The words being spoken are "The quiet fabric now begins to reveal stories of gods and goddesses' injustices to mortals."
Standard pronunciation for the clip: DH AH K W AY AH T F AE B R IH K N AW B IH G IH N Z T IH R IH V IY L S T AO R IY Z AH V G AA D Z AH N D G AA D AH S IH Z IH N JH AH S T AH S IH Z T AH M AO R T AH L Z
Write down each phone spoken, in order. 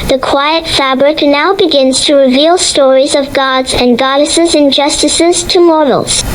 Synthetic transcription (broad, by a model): DH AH K W AY AH T F AE B R IH K N AW B IH G IH N Z T IH R IH V IY L S T AO R IY Z AH V G AA D Z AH N G AA D AH S IH Z IH N JH AH S T AH S IH Z T AH M AO R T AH L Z